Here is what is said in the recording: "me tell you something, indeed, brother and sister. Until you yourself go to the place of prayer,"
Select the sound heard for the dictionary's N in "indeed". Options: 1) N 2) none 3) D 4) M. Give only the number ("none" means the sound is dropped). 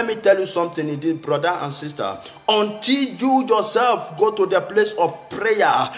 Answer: 2